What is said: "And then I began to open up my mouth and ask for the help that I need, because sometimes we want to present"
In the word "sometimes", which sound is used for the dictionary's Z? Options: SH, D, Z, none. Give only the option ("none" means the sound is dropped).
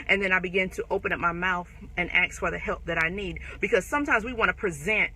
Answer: Z